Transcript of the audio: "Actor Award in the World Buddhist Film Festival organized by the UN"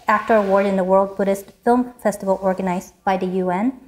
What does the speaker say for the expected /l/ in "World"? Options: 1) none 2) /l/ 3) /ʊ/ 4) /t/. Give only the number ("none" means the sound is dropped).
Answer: 2